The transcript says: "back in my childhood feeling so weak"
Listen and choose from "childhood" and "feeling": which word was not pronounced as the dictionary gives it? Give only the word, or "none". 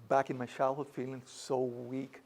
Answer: childhood